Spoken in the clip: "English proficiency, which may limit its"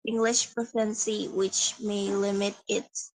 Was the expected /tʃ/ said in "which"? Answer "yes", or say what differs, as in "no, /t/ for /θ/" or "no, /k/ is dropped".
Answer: yes